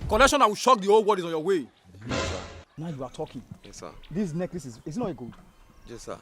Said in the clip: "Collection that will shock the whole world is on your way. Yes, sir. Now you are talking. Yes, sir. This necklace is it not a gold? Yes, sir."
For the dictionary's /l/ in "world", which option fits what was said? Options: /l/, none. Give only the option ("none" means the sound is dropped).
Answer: none